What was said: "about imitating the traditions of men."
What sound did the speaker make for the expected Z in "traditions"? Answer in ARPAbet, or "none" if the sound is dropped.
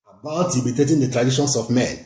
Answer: S